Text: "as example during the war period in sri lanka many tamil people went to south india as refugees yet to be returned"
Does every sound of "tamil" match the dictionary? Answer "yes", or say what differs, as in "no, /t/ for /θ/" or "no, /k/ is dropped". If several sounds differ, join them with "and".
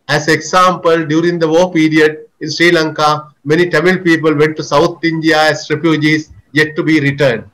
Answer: yes